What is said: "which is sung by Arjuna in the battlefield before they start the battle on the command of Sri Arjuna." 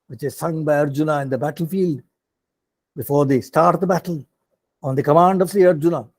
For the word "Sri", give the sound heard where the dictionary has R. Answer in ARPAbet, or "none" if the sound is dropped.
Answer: none